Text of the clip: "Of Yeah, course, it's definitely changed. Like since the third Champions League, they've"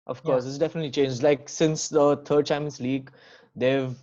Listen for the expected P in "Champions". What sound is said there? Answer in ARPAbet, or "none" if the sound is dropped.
none